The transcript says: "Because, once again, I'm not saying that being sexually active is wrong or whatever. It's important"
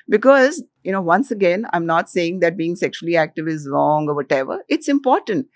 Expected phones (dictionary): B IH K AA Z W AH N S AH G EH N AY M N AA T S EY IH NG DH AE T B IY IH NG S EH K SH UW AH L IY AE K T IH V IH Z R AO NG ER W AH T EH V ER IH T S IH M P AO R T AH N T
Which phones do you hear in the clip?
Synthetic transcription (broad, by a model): B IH K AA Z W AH N S AH G EH N AY M N AA T S EY IH NG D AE T B IY IH NG S EH K SH UW AH L IY AE K T IH V IH Z R AO NG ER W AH T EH V ER IH T S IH M P AO R T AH N T